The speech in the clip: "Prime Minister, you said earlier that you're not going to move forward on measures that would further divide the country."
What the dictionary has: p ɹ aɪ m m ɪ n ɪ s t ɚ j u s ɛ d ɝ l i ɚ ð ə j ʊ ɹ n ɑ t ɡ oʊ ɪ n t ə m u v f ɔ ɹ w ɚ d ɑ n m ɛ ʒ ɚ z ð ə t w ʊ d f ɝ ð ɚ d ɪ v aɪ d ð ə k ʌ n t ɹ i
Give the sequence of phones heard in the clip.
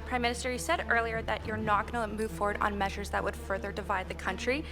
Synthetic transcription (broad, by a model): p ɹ aɪ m m ɪ n ɪ s t ɚ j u s ɛ d ɝ l i ɚ ð ə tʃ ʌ ɹ n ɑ t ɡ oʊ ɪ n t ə m u v f ɔ ɹ w ɚ d n m ɛ ʒ ɚ z ð ə t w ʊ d f ɝ ð ɚ d ɪ v aɪ d ð ə k ʌ n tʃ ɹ i